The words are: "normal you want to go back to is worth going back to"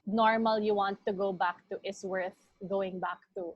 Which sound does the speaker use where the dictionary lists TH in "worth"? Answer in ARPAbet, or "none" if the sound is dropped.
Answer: TH